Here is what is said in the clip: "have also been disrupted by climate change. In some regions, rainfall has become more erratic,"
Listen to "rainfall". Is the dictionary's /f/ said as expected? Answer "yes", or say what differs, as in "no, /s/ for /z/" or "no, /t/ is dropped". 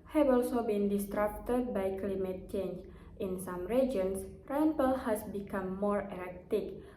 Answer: no, /p/ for /f/